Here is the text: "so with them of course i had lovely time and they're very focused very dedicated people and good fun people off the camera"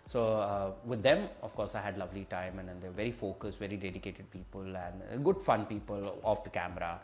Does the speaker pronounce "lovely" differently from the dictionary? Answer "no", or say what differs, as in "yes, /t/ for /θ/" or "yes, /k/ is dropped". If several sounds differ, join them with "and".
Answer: no